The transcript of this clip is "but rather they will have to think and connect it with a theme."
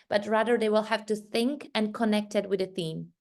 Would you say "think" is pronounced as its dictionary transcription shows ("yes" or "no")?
yes